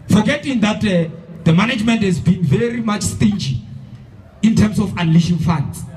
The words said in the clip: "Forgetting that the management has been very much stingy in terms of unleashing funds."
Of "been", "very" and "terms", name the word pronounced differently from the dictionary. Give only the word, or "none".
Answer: terms